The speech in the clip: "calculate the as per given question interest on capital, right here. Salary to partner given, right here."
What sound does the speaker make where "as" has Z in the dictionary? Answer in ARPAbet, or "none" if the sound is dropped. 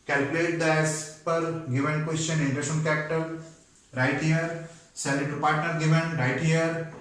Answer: S